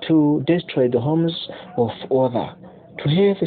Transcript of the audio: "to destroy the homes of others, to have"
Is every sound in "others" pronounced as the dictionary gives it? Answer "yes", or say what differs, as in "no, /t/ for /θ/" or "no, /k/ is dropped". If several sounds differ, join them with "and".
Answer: no, /z/ is dropped